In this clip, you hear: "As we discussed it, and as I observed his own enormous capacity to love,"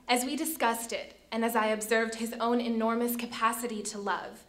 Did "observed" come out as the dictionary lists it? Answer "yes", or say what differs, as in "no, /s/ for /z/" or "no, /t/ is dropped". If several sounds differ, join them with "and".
yes